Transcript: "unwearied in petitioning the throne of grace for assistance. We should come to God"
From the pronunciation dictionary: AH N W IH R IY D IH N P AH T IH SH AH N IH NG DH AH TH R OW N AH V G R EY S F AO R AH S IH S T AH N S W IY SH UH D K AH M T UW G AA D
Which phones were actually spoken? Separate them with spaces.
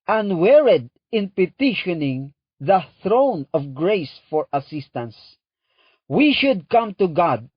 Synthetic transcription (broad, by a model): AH N W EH R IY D IH N P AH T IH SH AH N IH NG DH AH TH R OW N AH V G R EY S F AO R AH S IH S T AH N S W IY SH UH D K AH M T UW G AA D